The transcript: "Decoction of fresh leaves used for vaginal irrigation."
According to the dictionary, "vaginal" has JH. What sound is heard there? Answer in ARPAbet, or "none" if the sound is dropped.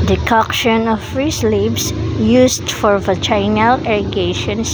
CH